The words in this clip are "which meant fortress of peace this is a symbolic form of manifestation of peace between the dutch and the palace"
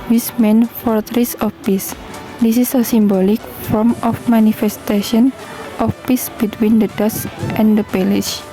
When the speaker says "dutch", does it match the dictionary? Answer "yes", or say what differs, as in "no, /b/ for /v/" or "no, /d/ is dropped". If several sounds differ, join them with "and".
no, /s/ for /tʃ/